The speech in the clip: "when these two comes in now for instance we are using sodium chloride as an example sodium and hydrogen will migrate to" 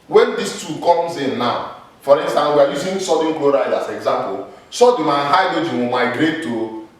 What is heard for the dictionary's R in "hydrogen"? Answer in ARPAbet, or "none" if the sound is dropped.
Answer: none